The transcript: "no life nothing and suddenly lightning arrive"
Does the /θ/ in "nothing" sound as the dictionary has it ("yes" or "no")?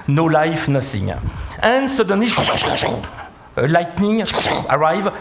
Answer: no